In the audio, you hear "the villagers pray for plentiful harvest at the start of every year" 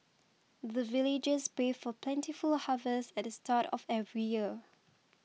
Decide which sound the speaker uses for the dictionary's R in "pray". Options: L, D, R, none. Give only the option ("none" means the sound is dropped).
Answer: none